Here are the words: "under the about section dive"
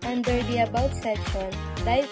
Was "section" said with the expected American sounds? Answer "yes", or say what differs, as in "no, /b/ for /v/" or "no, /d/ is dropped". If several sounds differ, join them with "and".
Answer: no, /k/ is dropped